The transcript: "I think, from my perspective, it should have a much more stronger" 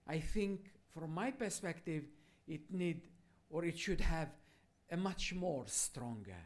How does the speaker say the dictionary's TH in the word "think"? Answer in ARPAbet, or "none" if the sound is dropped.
TH